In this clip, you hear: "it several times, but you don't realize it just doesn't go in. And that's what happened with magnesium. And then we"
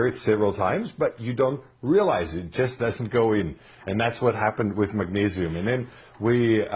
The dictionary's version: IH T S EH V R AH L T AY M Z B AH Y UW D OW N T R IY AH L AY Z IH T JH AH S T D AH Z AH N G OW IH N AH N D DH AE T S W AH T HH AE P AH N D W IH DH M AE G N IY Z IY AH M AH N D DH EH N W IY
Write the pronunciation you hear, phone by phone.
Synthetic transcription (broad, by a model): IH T S EH V R L T AY M Z B AH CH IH D OW N T R IY AH L AY Z IH T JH AH S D AH Z N G OW IH N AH N DH AE T S W AH T HH AE P AH N D W IH DH M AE G N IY Z IY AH M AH N DH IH N W IY